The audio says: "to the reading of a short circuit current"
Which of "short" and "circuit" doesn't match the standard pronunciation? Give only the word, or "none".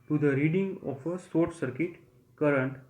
short